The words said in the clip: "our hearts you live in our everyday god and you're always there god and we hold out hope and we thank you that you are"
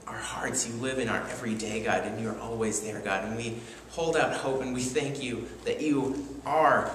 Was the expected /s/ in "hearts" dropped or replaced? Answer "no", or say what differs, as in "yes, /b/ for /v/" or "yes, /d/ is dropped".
no